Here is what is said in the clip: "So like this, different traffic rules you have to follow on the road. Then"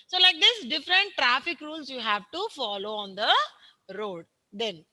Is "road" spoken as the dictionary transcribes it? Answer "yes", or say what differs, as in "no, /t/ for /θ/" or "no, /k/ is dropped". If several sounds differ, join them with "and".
yes